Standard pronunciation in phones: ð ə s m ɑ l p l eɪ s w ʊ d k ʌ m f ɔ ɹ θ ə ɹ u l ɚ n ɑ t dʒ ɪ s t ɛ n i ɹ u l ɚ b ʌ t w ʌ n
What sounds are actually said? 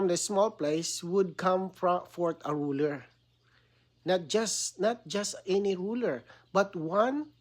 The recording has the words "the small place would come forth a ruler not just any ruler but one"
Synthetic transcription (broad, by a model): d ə s m ɑ l p l eɪ s w ʊ d k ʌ m f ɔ ɹ t ə ɹ u l ɚ n ɑ t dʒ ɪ s t ɛ n i ɹ u l ɚ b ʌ t w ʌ n